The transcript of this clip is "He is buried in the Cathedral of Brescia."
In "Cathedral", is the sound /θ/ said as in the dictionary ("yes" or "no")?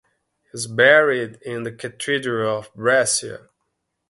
no